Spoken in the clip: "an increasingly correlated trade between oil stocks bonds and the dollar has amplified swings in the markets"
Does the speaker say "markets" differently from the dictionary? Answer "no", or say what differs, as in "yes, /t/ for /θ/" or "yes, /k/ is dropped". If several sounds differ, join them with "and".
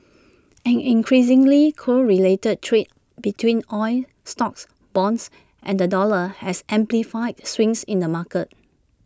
yes, /s/ is dropped